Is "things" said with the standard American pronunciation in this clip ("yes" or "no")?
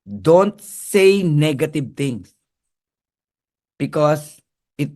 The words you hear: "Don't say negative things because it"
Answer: no